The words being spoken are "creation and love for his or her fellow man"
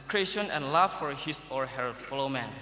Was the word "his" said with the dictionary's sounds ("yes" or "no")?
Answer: no